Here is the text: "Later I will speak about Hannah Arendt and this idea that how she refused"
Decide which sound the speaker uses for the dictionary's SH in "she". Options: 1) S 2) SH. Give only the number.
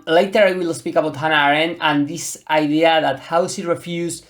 1